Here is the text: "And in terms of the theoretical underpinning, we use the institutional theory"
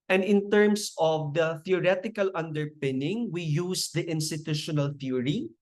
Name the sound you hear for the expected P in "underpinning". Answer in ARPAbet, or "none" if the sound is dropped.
P